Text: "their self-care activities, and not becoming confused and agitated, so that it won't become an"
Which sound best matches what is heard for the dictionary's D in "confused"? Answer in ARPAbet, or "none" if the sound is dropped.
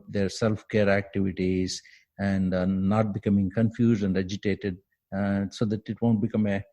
D